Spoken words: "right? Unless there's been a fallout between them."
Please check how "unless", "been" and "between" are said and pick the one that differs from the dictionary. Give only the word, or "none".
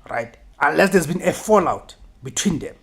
none